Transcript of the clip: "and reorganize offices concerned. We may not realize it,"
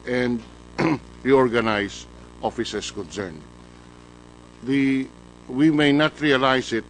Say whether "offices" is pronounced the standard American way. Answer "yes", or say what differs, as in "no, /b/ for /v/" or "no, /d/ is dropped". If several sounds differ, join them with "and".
no, /s/ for /z/